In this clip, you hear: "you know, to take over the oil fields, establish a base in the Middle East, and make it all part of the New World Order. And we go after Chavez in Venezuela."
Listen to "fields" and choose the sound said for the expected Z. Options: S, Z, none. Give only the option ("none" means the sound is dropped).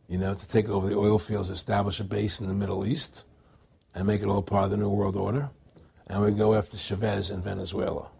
Z